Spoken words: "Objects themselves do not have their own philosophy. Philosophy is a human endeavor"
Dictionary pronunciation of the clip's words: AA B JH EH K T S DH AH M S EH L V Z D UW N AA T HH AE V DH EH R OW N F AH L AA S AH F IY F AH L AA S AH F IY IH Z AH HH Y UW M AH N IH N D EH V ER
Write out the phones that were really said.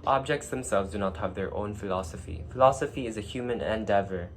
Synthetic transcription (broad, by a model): AA B JH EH K T S DH AH M S EH L V Z D UW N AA T HH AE V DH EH R OW N F AH L AA S AH F IY F AH L AA S AH F IY IH Z AH HH Y UW M AH N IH N D EH V ER